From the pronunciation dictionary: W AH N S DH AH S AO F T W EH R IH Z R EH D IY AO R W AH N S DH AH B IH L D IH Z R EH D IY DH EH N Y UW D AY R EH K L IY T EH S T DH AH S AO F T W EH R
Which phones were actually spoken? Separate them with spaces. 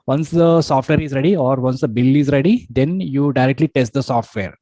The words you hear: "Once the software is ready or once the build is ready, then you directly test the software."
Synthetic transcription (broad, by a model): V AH N S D AH S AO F T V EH R IH Z R EH D IY AO R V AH N S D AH B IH L IH Z R EH D IY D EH N Y UW D AY R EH K L IY T EH S T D AH S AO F T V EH R